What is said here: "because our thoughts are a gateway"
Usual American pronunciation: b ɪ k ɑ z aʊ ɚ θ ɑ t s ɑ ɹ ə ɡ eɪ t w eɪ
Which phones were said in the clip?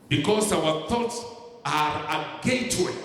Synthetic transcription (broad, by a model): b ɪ k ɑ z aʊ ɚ θ ɑ t s ɑ ɹ ə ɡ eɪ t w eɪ